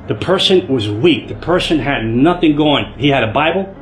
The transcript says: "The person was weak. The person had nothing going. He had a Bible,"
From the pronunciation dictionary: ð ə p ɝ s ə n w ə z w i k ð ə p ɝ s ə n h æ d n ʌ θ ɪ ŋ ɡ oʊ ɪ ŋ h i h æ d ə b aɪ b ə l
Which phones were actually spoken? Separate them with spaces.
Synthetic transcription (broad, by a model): ð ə p ɝ s ə n w ə z w i k ð ə p ɝ s ə n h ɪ d n ʌ θ ɪ ŋ ɡ oʊ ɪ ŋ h i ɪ d ə b aɪ b l